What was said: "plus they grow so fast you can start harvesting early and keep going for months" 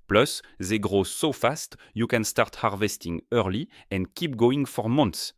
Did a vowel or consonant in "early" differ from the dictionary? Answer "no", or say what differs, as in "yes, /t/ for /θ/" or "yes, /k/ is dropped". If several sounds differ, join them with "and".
no